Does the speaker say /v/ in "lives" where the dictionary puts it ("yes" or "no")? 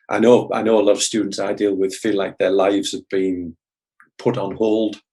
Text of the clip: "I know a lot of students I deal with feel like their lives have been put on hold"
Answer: yes